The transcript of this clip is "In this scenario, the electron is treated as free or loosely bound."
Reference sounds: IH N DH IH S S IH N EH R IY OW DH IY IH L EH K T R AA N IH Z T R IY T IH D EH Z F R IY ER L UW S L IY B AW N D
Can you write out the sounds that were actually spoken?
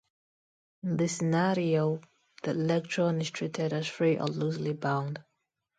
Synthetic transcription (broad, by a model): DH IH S S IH N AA R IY OW DH IY IH L EH K T R AA N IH S T R IY T IH D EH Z F R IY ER L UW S L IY B AW N D